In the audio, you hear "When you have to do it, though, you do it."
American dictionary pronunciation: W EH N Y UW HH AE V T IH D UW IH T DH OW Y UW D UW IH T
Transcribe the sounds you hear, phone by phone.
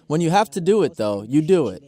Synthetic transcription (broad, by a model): W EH N Y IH HH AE F T IH D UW IH T DH OW Y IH D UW IH T